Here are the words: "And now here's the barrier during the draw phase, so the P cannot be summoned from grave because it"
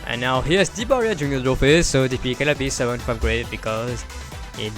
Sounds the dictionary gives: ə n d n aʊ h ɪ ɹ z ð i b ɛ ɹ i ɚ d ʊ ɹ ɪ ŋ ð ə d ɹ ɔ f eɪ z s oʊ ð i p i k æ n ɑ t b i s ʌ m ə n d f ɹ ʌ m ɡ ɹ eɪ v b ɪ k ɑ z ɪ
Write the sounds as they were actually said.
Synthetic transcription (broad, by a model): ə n n aʊ h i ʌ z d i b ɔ ɹ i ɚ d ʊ ɹ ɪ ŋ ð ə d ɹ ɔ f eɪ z s oʊ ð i f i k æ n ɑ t b i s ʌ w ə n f ɹ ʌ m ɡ ɹ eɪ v b ɪ k ɑ z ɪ